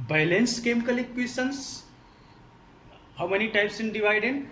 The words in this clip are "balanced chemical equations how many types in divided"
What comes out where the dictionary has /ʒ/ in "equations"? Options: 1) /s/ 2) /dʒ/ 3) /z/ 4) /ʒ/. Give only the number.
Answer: 1